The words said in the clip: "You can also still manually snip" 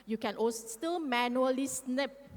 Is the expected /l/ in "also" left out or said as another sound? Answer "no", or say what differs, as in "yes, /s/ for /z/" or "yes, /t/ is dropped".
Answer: yes, /l/ is dropped